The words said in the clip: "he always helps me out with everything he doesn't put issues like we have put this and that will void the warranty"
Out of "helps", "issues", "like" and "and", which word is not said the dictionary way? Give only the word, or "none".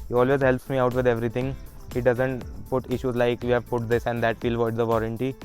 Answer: none